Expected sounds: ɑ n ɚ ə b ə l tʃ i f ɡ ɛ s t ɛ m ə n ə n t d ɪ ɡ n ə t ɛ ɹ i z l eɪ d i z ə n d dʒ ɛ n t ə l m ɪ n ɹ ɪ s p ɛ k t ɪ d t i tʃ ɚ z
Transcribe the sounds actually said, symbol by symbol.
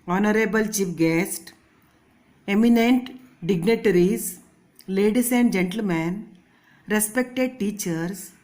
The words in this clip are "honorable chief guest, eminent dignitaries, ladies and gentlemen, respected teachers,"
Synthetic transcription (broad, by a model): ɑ n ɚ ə b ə l tʃ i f ɡ ɛ s t ɛ m ə n ə n t d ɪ ɡ n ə t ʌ ɹ i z l eɪ d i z ə n d dʒ ɛ n t ə l m ɪ n ɹ ɪ s p ɛ k t ɪ d t i tʃ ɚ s